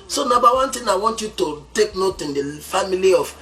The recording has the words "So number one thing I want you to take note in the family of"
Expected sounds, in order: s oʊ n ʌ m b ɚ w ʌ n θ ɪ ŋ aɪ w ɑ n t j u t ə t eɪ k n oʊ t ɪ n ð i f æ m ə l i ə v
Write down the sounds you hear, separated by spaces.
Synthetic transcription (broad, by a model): s oʊ n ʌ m b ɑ w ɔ n t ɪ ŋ aɪ w ɑ n t j u t ə t eɪ k n oʊ t ɪ n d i f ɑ m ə l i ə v